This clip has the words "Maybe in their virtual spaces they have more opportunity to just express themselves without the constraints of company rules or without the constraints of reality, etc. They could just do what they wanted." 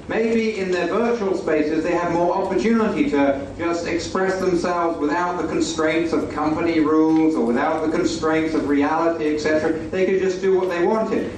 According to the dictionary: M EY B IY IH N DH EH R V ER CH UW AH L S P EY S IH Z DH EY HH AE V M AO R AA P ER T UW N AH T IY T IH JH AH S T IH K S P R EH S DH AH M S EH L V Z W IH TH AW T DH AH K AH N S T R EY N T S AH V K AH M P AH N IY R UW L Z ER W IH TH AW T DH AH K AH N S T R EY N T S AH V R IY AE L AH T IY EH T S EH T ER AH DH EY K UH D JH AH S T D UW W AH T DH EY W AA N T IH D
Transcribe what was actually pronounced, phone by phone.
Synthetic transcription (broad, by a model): M EY B IY IH N DH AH R V ER CH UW L S P EY S IH Z DH EY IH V M AO R AA P ER T UW N AH T IY T IH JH AH S T IH K S P R EH S DH AH M S EH L V Z W IH TH AW T DH AH K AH N S T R EY N T S AH V K AH M P AH N IY R UW L Z ER W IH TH AW T DH AH K AH N S T R EY N T S AH V R IY AE L AH T IY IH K S EH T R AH DH EY K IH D JH AH S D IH W AH T DH EY W AA N T IH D